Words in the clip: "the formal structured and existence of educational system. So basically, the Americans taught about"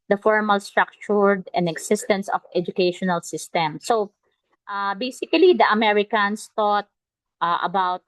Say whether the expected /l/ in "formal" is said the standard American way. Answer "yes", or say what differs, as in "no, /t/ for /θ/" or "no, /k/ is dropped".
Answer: yes